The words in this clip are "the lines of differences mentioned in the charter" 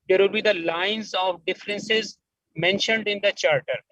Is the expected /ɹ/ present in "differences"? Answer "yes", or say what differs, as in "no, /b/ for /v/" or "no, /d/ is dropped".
yes